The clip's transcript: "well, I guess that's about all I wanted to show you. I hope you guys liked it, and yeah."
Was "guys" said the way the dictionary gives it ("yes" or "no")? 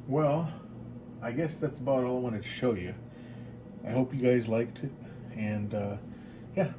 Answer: yes